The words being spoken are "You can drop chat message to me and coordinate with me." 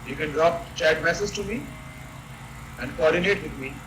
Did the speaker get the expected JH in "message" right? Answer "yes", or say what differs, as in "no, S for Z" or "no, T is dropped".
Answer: no, Z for JH